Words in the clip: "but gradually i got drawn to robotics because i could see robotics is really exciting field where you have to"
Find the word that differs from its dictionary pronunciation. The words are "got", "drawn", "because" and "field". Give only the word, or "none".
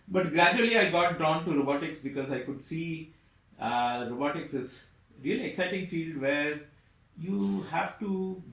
drawn